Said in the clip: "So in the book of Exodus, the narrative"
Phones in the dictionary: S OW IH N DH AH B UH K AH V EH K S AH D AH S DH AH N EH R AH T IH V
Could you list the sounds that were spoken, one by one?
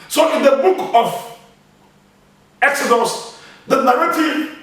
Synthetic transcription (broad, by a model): S OW IH N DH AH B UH K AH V EH K S AH D AH S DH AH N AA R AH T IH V